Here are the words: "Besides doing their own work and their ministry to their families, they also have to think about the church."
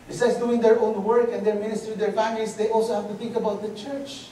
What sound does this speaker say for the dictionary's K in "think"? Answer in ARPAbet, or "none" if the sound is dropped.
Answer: K